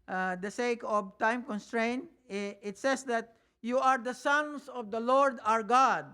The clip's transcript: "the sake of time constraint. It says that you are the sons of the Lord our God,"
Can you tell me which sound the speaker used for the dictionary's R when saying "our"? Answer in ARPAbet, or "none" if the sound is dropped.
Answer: R